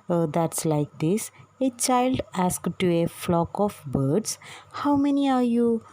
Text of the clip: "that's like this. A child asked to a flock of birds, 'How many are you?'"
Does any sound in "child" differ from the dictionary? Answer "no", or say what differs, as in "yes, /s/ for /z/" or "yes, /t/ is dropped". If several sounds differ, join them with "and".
no